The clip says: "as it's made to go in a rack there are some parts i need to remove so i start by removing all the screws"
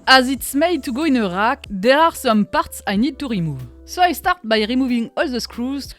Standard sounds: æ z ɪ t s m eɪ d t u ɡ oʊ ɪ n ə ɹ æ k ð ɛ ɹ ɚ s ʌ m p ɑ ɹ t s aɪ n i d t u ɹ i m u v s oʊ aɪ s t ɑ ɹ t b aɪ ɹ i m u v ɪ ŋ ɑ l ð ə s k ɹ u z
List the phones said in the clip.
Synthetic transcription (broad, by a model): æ z ɪ t s m eɪ d t u ɡ oʊ ɪ n ə ɹ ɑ k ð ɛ ɹ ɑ s ʌ m p ɑ ɹ t s aɪ n i d t u ɹ i m u v s oʊ aɪ s t ɑ ɹ t b aɪ ɹ i m u v ɪ ŋ ɑ l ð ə s k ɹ u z